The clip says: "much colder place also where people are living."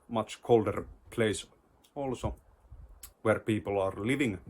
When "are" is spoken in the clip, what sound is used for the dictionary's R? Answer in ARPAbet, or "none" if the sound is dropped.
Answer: R